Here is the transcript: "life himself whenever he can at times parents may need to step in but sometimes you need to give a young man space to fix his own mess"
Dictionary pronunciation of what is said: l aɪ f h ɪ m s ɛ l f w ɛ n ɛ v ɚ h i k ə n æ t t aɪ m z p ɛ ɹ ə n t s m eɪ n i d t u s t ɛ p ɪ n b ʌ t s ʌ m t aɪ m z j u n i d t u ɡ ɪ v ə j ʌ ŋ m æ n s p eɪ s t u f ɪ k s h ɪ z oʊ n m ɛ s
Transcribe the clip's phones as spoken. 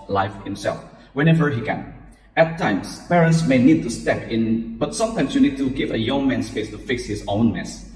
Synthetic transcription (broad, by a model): l aɪ f h ɪ m s ɛ l f w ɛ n ɛ v ɚ h i k ə n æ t t aɪ m s p ɛ ɹ ə n t s m eɪ n i d t u s t ɛ p ɪ n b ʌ t s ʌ m t aɪ m s j u n i d t u ɡ ɪ v ə j ʌ ŋ m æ n s p eɪ s t u f ɪ k s h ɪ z oʊ n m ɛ s